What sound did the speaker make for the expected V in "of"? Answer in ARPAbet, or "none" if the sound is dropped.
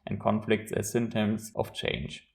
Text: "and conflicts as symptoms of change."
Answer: F